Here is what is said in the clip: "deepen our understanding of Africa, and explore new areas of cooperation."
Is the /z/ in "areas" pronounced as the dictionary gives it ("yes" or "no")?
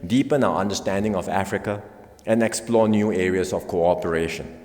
no